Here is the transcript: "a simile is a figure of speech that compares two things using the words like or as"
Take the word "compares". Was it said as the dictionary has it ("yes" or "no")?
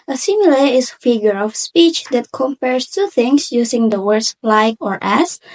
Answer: no